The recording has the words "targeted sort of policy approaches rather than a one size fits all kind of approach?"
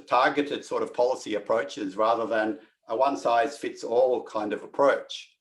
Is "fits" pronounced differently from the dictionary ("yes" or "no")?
no